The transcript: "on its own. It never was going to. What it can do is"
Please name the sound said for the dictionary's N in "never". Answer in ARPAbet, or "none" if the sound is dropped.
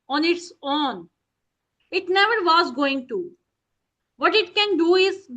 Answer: N